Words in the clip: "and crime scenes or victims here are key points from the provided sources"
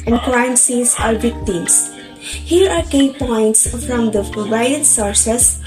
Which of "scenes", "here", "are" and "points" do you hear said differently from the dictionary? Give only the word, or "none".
scenes